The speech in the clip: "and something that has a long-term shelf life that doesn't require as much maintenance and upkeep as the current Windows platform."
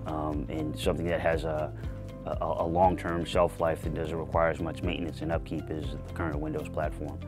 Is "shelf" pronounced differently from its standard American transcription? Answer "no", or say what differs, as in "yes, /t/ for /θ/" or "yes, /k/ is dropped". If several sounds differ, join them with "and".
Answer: yes, /s/ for /ʃ/